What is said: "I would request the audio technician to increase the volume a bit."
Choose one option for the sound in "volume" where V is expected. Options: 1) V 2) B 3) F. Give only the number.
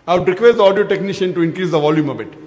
1